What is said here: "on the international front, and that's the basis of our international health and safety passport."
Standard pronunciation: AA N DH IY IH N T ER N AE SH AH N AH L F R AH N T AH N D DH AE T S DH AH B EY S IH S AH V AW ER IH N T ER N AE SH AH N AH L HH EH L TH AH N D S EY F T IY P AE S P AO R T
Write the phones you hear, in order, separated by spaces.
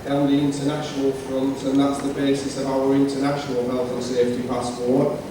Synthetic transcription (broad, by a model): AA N DH IY IH N T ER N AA SH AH N AH L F R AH N T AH N DH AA T S DH AH B EY S IH S AH V AW ER IH N T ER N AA SH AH N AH L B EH L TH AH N S EY F T IY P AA S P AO